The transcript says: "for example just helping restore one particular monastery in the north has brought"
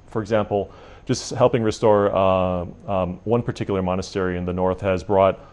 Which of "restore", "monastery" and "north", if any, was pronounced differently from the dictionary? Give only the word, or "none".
none